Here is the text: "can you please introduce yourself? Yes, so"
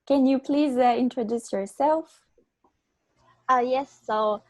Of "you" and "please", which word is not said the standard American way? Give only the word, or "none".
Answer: none